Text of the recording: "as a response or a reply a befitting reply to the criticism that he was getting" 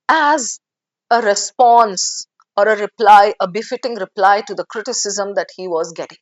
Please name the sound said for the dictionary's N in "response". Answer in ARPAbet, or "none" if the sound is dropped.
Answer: N